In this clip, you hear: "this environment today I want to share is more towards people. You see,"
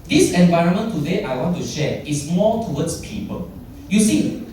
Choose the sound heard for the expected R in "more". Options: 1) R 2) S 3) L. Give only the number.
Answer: 3